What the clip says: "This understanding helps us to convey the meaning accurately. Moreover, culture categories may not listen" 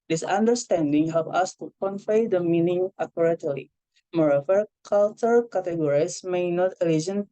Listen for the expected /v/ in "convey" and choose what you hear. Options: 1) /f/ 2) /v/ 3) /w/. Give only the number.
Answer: 1